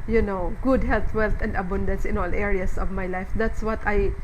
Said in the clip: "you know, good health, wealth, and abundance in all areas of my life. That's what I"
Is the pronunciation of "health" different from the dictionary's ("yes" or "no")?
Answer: yes